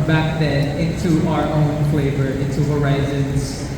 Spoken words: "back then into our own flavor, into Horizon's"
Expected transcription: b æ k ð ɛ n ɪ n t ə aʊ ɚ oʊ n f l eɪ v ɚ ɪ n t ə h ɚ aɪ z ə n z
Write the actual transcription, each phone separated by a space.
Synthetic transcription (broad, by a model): b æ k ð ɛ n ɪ t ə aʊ ɚ oʊ n f l eɪ v ɚ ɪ t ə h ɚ aɪ z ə n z